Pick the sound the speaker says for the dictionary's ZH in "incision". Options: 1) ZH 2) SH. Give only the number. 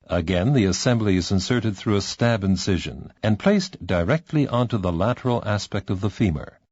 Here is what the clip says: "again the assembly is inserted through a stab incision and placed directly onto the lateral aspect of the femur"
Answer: 1